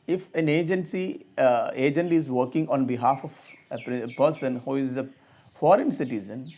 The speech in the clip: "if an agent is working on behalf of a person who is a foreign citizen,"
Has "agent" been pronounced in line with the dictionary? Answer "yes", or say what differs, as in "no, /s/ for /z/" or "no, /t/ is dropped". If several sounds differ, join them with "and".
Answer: yes